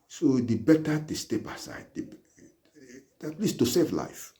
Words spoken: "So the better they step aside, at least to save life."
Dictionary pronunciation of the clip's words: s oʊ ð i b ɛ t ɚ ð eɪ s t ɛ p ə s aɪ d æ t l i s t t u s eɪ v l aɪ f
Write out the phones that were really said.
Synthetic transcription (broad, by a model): s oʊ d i b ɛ t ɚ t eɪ s t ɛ b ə s aɪ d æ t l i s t t u s eɪ v l aɪ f